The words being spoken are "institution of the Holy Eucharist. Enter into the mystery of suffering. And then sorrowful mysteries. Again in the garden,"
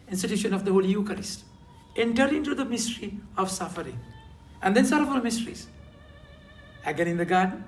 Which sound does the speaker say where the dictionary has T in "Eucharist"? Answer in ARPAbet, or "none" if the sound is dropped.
T